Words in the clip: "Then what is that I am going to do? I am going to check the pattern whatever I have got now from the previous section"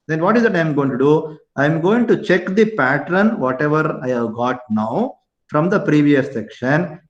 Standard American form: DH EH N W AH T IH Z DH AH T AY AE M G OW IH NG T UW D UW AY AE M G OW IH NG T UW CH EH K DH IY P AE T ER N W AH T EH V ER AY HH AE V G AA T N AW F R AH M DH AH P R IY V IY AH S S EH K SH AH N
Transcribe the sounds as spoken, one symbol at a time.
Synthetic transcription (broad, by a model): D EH N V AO T IH Z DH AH T AY M G OW IH NG T UW D UW AY M G OW IH NG T UW CH EH K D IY P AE T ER N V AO T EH V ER AY HH AE V G AA T N AW F R AH M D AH P R IY V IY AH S S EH K SH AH N